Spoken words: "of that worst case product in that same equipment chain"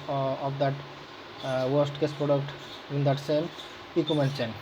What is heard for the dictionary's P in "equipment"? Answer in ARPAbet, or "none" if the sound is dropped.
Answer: none